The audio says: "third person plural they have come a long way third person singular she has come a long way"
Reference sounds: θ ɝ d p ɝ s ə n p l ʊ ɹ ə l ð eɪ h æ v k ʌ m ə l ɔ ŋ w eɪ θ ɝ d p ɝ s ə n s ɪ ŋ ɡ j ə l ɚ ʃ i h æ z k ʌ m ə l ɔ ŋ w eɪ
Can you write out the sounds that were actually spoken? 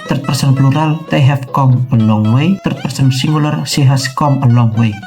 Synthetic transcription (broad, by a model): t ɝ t p ɝ s ə n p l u ɹ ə l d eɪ h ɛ f k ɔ m ə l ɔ ŋ w eɪ t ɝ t p ɝ s ə n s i ŋ ɡ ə l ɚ s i h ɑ s k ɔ m ə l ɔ ŋ w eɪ